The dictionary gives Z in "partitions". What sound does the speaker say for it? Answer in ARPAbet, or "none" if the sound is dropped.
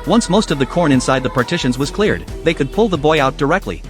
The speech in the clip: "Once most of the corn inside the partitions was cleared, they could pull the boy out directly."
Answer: Z